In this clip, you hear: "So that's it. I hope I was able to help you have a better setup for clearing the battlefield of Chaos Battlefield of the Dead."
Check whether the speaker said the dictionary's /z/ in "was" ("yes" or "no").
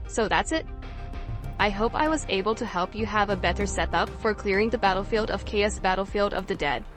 yes